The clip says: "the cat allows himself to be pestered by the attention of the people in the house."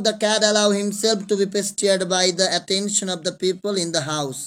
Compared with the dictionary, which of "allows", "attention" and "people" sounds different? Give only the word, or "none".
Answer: allows